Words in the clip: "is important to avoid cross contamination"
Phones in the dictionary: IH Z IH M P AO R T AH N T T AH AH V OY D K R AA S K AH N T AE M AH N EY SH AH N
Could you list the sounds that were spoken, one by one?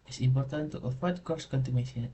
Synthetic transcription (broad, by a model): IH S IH M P AO R T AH N T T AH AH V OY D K AA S K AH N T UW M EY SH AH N